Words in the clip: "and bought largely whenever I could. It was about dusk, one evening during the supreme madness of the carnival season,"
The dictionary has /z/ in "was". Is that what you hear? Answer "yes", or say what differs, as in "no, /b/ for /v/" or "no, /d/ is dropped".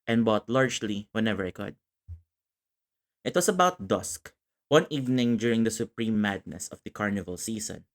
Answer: no, /s/ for /z/